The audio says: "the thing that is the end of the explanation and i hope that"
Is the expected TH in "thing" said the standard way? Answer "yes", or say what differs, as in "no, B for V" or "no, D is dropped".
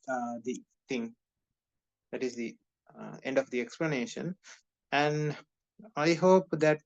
no, T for TH